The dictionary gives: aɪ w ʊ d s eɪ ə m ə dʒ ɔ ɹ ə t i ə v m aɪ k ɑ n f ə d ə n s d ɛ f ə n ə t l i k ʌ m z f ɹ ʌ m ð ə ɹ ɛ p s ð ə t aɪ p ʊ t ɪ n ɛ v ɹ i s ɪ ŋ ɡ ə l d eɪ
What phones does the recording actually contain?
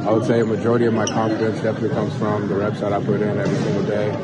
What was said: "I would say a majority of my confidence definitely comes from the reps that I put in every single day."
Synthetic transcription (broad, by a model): aɪ w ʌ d s eɪ ə m ə dʒ ɔ ɹ ə t i ə v m aɪ k ɑ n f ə d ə n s d ɛ f ə n ə t l i k ʌ m z f ɹ ʌ m ð ə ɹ ɛ b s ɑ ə t aɪ p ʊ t ɪ n ɛ v ɹ i s ɪ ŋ ɡ l d eɪ